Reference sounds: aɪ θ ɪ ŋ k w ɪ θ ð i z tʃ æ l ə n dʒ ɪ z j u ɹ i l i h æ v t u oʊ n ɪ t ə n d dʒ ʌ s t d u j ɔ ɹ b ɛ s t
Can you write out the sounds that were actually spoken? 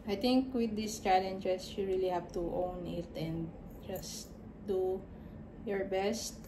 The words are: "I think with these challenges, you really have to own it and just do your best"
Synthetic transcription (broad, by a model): aɪ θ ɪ ŋ k w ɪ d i s tʃ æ l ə n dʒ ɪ s j u ɹ i l i h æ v t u oʊ n ɪ t ə n d dʒ ʌ s t d u j ɔ ɹ b ɛ s t